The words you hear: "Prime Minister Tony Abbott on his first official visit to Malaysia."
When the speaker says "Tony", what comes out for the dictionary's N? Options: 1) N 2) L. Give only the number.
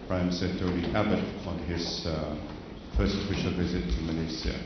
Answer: 2